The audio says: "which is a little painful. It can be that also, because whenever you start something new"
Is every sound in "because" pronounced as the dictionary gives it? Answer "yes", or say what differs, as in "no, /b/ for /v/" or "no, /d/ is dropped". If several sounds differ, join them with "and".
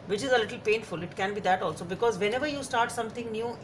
yes